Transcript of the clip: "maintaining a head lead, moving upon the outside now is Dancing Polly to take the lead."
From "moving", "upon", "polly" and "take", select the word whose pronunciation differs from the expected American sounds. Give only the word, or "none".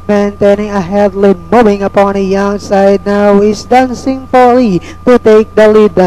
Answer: polly